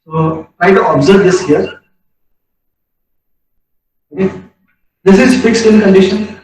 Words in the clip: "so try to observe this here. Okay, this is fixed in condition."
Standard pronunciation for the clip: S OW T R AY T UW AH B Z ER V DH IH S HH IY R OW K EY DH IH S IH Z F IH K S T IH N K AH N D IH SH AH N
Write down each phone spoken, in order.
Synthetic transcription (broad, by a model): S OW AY T UW AH B Z ER V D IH S HH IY R OW K EY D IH S IH Z F IH K S T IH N K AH N D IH SH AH N